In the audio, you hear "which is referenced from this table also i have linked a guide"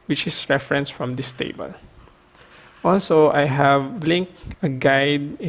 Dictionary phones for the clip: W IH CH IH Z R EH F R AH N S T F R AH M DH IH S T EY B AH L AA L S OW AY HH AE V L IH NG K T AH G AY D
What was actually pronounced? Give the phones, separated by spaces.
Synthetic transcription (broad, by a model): W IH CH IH S R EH F R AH N S F R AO M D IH S T EY B AH L AA L S OW AY HH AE V L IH NG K AH G AY D